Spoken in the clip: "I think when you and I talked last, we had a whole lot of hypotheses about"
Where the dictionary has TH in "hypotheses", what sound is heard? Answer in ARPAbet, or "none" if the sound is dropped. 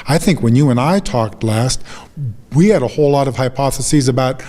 TH